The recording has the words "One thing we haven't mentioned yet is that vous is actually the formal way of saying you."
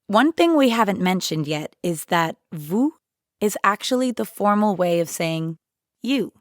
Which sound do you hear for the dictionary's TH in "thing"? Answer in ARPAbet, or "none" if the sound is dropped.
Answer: TH